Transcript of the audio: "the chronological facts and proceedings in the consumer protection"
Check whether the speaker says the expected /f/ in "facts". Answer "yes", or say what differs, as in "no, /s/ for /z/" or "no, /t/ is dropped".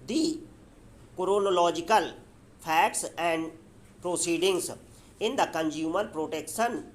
no, /p/ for /f/